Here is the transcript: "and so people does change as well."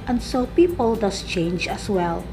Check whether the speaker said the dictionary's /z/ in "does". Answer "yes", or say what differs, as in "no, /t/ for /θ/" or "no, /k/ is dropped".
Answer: no, /s/ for /z/